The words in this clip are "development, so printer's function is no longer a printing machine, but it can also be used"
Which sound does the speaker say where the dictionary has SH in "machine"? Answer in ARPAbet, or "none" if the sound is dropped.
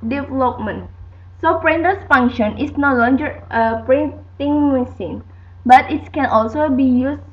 S